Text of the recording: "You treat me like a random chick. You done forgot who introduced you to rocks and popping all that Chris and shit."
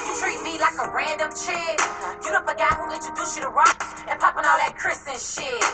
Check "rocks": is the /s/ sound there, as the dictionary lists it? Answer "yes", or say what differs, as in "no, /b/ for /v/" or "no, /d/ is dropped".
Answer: no, /s/ is dropped